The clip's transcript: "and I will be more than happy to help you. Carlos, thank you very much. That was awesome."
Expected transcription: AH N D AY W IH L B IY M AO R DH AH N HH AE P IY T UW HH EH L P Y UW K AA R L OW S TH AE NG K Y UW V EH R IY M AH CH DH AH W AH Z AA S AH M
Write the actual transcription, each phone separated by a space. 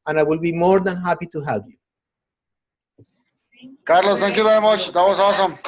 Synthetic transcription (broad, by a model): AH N AY W IH L B IY M AO R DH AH N HH AE P IY T UW HH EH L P Y UW K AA R L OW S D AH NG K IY B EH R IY M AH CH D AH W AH S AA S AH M